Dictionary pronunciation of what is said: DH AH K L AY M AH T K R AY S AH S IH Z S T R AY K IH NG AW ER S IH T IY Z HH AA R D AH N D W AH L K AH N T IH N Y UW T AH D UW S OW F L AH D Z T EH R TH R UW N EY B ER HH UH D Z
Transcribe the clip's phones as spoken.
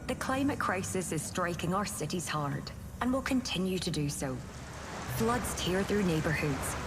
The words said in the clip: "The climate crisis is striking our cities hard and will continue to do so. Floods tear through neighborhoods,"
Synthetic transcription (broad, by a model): DH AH K L AY M AH T K R AY S AH S IH Z S T R AY K IH NG AW ER S IH T IY Z HH AA R D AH N W AH L K AH N T IH N Y UW T AH D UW S OW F L AH D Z T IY R TH R UW N EY B ER HH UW D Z